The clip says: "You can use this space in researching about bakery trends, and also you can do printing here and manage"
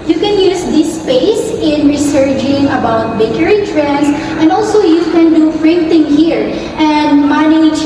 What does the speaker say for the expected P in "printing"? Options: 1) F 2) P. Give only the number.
1